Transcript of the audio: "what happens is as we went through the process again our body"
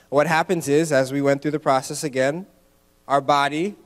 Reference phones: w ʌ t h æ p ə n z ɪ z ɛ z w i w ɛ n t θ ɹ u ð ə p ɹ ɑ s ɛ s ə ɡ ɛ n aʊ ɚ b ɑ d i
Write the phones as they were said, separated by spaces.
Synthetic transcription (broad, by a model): w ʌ t h æ p ə n z ɪ z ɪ z w i w ɛ n θ ɹ u ð ə p ɹ ɑ s ɛ s ə ɡ ɛ n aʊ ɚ b ɑ d i